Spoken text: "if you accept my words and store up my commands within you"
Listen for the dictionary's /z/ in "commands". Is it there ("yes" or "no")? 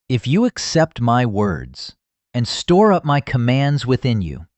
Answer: yes